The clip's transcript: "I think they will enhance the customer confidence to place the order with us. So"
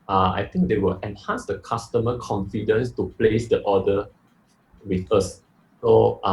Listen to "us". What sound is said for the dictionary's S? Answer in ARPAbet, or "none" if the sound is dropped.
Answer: S